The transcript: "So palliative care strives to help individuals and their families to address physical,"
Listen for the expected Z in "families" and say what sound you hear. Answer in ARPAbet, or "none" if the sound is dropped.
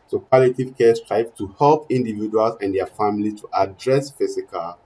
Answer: none